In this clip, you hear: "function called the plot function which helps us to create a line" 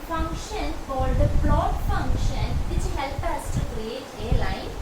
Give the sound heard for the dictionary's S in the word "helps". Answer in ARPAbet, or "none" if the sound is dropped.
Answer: none